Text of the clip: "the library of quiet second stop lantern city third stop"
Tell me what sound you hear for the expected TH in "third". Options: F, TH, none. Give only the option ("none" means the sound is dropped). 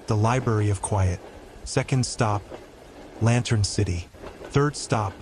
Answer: TH